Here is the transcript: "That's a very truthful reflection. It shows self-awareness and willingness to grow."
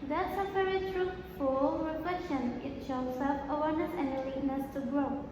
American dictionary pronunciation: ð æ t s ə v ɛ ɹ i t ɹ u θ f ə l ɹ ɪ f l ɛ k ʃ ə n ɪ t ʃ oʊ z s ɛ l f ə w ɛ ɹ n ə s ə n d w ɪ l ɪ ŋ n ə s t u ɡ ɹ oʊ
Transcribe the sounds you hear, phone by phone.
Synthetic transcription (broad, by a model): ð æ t s ə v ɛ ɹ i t ɹ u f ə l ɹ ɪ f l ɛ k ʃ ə n ɪ t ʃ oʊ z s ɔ f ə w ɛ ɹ n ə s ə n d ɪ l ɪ n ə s t u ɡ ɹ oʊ